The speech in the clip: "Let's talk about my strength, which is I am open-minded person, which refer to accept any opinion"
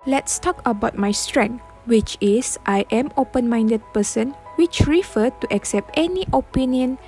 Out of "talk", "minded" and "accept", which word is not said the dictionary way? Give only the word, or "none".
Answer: none